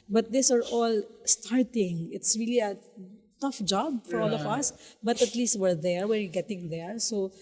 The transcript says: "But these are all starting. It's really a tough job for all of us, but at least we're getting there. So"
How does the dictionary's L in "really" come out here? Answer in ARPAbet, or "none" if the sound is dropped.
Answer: L